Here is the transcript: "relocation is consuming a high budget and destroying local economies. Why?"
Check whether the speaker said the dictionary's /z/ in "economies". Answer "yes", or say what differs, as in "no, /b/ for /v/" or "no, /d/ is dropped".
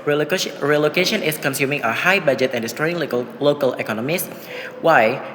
no, /s/ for /z/